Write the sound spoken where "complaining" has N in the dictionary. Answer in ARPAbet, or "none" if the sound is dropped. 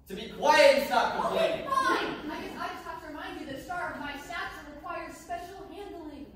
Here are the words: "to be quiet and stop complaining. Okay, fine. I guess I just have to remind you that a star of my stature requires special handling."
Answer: none